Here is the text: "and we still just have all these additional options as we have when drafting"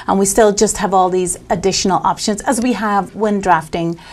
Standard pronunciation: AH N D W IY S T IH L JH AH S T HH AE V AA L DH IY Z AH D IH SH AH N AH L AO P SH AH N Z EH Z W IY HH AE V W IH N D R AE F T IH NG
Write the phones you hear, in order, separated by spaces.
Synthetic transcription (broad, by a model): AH N W IY S T IH L JH AH S T HH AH V AA L DH IY Z AH D IH SH AH N AH L AO P SH AH N Z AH Z W IY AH V W IH N D R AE F T IH NG